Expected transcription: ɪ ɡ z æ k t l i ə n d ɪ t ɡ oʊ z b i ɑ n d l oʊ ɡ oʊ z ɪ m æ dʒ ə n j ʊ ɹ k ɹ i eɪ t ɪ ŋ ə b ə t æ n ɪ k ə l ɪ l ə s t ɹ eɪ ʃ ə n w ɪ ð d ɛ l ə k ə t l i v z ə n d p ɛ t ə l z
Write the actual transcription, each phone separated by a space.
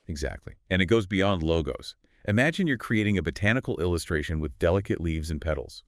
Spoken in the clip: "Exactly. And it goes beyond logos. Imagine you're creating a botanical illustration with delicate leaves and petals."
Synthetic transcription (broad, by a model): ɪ ɡ z æ k t l i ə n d ɪ t ɡ oʊ z b i ɑ n d l oʊ ɡ oʊ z ɪ m æ dʒ ə n j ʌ ɹ k ɹ i eɪ t ɪ ŋ ə b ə t æ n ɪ k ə l ɪ l ə s t ɹ eɪ ʃ ə n w ɪ ð d ɛ l ə k ə t l i v z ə n p ɛ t l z